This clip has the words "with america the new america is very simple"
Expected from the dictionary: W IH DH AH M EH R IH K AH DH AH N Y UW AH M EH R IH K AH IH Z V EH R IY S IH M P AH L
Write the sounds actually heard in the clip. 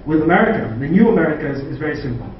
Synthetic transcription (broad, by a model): W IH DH AH M EH R IH K AH DH AH N Y UW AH M EH R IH K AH IH Z V EH R IY S IH M P L